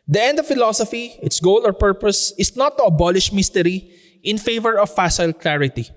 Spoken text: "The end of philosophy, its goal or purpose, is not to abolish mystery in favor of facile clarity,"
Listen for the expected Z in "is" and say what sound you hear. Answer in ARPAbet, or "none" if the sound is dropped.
S